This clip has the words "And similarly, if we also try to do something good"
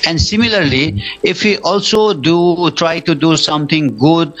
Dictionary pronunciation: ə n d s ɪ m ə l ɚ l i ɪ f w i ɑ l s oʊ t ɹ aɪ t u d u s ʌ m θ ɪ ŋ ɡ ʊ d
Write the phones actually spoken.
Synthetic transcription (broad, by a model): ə n d s ɪ m ə l ɚ l i ɪ f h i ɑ l s oʊ t ɹ aɪ t u d u s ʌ m t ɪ ŋ ɡ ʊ d